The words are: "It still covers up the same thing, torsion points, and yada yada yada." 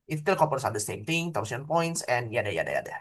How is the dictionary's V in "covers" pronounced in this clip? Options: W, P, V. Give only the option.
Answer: P